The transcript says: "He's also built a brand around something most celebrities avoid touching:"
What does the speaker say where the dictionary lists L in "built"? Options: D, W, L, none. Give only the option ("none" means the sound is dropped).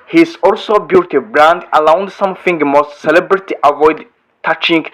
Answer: none